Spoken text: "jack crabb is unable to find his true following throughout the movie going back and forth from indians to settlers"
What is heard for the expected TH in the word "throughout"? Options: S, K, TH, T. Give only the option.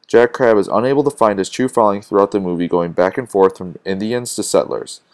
TH